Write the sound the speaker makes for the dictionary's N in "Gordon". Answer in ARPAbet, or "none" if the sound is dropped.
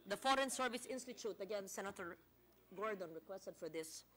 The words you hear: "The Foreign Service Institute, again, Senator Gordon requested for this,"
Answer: N